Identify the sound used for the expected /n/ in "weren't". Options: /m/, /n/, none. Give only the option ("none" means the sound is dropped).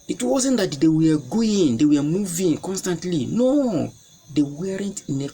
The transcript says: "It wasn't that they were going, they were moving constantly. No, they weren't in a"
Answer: /n/